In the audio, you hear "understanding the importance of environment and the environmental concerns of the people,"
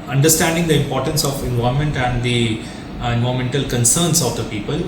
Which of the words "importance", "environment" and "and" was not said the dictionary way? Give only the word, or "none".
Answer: environment